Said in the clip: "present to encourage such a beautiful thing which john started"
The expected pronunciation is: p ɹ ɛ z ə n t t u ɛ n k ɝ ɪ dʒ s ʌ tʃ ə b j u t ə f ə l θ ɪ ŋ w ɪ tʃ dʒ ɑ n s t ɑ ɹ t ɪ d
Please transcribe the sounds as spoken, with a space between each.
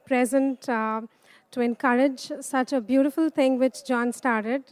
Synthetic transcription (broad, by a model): p ɹ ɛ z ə n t t u ɛ n k ɝ ɪ dʒ s ʌ tʃ ə b j u t ə f ə l t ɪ ŋ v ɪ tʃ dʒ ɑ n s t ɑ ɹ t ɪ d